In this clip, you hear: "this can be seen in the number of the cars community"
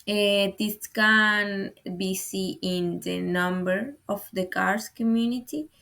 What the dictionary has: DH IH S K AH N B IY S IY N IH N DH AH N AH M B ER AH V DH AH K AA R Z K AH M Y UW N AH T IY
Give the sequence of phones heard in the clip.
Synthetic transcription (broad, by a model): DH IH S K AH N B IY S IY IH N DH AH N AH M B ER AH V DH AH K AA R S K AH M Y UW N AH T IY